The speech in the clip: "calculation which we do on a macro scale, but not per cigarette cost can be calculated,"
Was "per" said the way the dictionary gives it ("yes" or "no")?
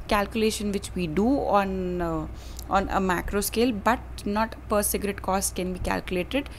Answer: yes